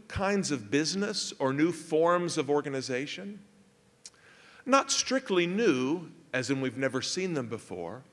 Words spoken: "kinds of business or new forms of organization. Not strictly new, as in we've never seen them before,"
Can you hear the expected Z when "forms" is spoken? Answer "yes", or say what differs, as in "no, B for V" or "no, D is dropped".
yes